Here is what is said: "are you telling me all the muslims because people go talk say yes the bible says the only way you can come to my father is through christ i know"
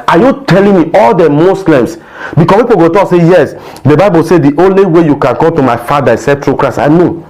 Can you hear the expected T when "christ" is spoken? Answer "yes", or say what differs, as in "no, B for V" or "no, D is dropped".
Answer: no, T is dropped